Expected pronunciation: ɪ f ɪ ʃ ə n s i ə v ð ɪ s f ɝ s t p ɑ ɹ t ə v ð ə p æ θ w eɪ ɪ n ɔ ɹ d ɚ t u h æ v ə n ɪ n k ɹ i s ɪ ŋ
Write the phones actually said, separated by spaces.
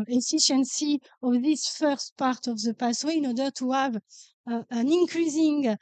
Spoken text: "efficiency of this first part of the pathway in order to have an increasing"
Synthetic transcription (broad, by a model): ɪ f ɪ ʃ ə n s i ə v ð ɪ s f ɝ s t p ɑ ɹ t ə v ð ə p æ s w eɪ ɪ n ɔ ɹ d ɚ t u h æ v ə n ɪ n k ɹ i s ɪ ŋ